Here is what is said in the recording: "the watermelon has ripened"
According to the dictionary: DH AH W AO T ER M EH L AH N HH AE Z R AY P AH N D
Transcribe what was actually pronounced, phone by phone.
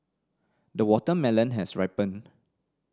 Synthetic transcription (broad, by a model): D AH W AO T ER M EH L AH N HH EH S R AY P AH N